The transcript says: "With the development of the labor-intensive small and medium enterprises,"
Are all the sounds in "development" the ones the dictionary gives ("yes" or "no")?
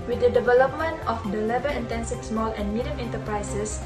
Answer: yes